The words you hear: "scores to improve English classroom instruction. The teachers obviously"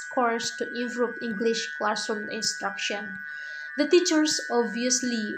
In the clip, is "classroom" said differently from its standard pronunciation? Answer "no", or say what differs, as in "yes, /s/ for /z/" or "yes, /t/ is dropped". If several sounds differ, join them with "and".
yes, /ɹ/ is dropped